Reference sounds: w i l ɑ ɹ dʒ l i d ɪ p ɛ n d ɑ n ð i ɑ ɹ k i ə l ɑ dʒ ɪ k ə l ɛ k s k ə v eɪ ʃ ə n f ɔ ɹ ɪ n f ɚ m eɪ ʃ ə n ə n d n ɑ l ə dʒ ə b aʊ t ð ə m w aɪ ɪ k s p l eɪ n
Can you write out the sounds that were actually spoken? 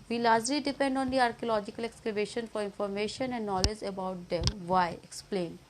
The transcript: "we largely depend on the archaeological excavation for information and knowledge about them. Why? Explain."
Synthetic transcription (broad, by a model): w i l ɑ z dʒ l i d ɪ p ɛ n d ɑ n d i ɑ ɹ k i ə l ɑ dʒ ɪ k ə l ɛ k s k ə b eɪ ʃ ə n f ɔ ɹ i n f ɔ m eɪ ʃ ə n ə n d n ɑ l ə dʒ ə b aʊ t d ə m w aɪ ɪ k s p l eɪ n